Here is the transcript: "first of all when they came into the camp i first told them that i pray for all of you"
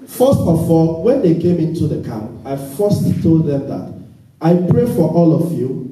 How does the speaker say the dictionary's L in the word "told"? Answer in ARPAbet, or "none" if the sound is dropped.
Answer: L